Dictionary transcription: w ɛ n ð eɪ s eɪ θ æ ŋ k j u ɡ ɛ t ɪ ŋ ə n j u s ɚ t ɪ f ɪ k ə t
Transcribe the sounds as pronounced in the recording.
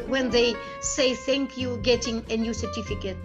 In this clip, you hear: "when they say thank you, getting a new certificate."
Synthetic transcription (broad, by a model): w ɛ n ð eɪ s eɪ θ æ ŋ k j u ɡ ɛ t ɪ ŋ ə n j u s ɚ t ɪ f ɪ k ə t